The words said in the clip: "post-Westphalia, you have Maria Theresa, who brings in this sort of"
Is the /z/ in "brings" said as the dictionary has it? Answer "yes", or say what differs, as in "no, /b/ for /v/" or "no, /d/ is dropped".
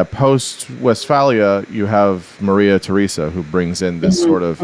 yes